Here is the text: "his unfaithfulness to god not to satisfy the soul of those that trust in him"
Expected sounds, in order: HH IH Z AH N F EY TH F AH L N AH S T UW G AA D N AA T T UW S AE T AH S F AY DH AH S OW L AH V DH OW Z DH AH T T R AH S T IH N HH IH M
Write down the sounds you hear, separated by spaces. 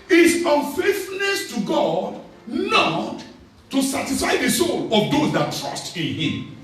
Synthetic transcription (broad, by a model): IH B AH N F EY T F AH N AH S T UW G AA D N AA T T UW S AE T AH S F AY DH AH S OW L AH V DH OW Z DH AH T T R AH S T IH N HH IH M